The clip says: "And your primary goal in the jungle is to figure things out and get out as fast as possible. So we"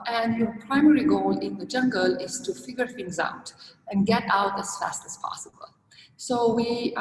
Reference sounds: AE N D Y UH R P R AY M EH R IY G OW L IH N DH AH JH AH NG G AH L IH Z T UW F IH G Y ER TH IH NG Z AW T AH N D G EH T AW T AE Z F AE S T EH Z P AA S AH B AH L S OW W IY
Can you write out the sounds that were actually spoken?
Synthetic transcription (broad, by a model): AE N D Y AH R P R AY M EH R IY G OW L IH N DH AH JH AH NG G AH L IH Z T UW F IH G Y ER F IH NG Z AW T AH N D G EH T AW T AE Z F AE S T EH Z P AA S AH B AH L S OW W IY